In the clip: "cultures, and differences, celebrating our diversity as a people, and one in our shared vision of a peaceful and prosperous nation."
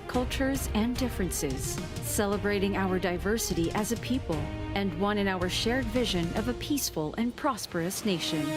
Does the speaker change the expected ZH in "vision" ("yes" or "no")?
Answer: no